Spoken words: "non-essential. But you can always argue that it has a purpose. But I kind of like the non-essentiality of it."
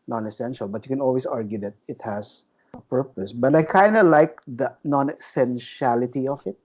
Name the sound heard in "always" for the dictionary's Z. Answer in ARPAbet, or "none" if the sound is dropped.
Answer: S